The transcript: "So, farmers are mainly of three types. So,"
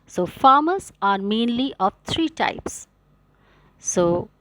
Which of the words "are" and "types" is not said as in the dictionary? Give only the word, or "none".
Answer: none